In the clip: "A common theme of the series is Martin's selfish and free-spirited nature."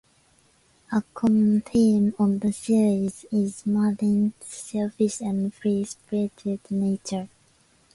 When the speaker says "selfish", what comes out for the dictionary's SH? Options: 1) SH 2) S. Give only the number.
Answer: 2